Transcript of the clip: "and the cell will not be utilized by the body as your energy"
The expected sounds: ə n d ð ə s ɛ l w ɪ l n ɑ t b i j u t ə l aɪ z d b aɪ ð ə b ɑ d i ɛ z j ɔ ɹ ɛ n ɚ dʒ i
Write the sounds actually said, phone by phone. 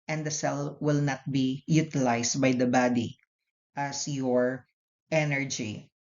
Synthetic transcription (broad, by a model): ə n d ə s ɛ l w ɪ l n ɑ t b i j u t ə l aɪ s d b aɪ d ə b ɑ d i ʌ s j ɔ ɹ ɛ n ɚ dʒ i